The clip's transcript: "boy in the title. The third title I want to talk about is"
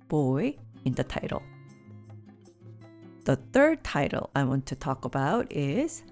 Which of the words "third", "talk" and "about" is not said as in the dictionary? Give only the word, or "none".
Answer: none